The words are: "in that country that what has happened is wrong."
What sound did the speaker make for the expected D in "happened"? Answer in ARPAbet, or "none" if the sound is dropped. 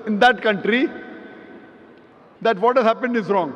D